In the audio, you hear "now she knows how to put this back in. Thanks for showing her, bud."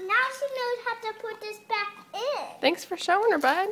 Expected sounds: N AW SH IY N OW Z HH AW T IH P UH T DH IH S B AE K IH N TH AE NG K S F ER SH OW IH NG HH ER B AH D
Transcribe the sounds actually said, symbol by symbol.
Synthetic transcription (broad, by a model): N AW SH IY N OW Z HH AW T IH P UH T DH IH S B AE K IH N TH AE NG K S F ER SH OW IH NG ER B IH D